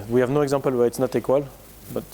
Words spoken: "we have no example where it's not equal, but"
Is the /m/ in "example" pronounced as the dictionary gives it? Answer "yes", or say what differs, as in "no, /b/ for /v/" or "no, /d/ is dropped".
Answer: no, /m/ is dropped